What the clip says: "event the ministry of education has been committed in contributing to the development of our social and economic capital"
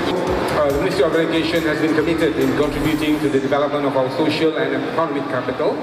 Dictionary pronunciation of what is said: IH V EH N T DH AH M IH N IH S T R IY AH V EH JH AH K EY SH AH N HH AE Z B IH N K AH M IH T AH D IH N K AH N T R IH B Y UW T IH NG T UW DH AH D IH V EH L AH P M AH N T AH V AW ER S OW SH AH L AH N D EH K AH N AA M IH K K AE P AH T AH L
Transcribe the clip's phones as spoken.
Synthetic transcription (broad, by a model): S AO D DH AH M IH N IH S T R IY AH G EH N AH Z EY SH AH N HH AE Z B IH N K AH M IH T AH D IH N K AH N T R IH B Y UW T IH NG T UW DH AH D IH V EH L AH P M AH N T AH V AW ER S OW SH AH L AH N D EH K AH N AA M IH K K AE P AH T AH L